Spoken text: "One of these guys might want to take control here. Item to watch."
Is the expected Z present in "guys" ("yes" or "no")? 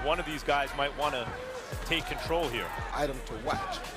yes